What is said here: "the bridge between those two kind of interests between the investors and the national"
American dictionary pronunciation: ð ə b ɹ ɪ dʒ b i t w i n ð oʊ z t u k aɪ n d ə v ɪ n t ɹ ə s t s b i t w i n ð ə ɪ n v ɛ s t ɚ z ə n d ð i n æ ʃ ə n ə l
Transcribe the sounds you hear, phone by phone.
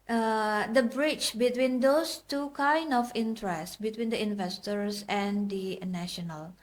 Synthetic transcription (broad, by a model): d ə b ɹ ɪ tʃ b i t w i n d oʊ s t u k aɪ n d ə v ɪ n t ɹ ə s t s b i t w i n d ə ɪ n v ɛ s t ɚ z ə n d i n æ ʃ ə n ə l